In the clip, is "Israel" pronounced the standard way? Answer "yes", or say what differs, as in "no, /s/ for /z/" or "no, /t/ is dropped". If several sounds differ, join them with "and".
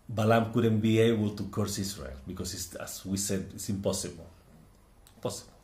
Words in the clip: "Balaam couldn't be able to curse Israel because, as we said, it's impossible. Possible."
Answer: no, /s/ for /z/